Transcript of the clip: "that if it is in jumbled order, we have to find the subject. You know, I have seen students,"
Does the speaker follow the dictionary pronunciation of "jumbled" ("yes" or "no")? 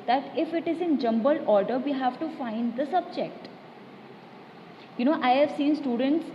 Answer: no